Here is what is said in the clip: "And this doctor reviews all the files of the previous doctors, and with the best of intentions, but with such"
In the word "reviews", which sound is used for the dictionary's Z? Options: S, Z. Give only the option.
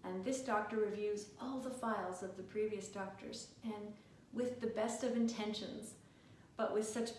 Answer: Z